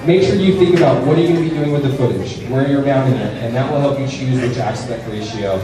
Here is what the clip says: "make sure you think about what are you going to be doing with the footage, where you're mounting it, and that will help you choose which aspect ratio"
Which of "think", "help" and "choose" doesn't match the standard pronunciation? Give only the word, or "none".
none